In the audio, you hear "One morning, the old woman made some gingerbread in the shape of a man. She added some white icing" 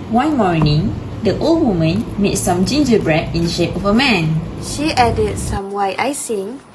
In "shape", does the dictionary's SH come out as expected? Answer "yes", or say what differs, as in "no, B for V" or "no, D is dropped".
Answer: yes